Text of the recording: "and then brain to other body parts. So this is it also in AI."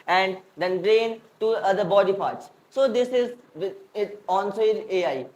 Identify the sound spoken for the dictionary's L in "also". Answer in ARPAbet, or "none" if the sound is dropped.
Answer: N